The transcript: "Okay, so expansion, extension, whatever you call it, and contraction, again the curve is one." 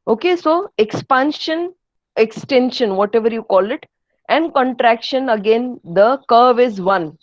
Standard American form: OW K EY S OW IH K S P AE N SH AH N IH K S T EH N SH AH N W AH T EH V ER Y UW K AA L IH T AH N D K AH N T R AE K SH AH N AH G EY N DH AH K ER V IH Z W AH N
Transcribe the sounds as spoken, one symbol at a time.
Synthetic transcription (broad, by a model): OW K EY S OW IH K S P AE N SH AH N IH K S T EH N SH AH N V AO T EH V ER Y UW K AA L IH T AH N D K AH N T R AE K SH AH N AH G EY N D AH K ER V IH Z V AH N